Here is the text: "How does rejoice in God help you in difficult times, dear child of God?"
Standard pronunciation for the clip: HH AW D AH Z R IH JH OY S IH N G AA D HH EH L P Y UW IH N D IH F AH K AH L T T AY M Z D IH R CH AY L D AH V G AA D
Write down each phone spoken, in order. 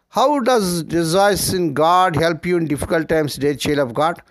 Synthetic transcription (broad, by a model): HH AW D AH Z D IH Z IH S IH N G AA D HH EH L P Y UW IH N D IH F AH K AH L T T AY M S D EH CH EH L AH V G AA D